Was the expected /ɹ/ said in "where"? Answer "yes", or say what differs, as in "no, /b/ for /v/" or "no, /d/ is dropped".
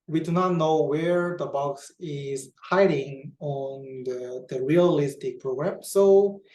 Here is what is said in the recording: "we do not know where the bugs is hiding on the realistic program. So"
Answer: yes